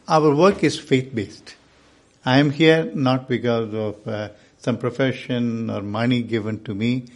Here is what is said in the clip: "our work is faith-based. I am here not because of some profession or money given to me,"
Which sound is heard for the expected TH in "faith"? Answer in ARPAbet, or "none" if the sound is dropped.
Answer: T